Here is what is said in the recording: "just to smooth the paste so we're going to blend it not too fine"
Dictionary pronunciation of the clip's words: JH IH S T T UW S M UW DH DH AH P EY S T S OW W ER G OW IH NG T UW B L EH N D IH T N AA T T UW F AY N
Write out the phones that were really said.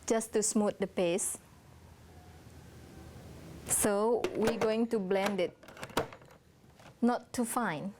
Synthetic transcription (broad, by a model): JH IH S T T UW S M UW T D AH P EY S S OW W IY G OW IH NG T UW B L EH N D IH T N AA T T UW F AY N